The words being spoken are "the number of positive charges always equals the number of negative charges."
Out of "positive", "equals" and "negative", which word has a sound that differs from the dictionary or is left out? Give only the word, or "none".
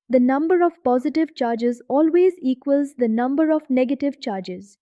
none